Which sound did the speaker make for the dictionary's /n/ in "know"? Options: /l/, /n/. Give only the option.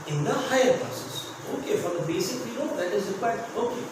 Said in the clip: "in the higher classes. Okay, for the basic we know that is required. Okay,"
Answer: /l/